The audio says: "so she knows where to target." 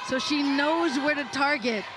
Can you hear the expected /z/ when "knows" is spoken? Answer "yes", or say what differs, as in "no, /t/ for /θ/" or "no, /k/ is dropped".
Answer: yes